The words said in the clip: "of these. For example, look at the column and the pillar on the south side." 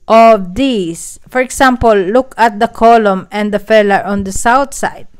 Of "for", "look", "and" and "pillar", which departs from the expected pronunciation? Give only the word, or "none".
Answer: pillar